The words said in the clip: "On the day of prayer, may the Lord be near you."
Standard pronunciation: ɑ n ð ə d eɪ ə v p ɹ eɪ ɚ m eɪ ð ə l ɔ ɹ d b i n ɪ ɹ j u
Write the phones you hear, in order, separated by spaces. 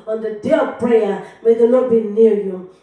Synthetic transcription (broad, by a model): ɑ n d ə d eɪ ə v p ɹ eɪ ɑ m eɪ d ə n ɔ b i n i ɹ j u